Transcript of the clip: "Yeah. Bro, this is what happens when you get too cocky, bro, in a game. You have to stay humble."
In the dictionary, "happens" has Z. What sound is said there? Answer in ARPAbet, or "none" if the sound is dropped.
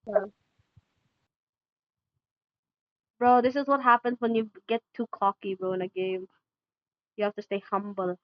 Z